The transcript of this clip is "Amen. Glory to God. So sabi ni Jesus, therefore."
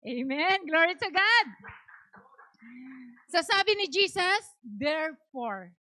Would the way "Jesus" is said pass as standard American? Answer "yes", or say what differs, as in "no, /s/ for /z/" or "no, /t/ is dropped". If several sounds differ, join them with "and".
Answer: no, /s/ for /z/